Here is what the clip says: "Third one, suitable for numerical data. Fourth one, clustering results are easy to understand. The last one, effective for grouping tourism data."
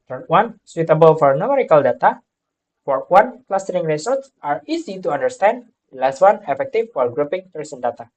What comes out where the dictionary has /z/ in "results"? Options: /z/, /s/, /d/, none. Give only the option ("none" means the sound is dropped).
/s/